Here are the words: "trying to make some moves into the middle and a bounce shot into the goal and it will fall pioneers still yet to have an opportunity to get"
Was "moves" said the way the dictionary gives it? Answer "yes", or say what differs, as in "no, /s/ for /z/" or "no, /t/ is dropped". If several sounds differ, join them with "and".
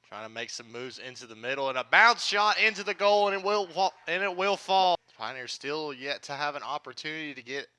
yes